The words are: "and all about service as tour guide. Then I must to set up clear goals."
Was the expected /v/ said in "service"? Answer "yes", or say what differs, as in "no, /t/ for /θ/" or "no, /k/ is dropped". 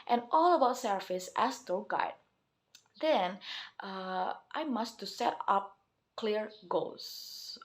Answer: no, /f/ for /v/